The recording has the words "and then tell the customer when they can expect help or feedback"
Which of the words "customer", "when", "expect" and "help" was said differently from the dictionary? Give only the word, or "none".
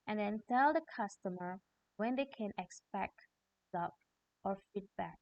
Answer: help